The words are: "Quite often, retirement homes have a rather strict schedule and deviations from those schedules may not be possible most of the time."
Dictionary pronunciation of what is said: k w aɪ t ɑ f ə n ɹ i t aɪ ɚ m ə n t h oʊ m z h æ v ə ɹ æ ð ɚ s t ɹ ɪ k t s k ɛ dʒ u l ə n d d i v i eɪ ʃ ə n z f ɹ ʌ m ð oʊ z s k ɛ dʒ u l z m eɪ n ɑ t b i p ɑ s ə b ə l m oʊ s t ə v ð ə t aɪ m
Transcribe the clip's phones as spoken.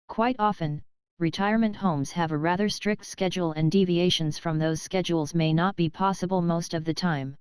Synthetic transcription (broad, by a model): k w aɪ t ɑ f ə n ɹ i t aɪ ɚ m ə n t h oʊ m z h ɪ v ə ɹ æ ð ɚ s t ɹ ɪ k t s k ɛ dʒ u l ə n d d i v i eɪ ʃ ə n z f ɹ ʌ m ð oʊ z s k ɛ dʒ u l z m eɪ n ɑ t b i p ɑ s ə b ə l m oʊ s t ə v ð ə t aɪ m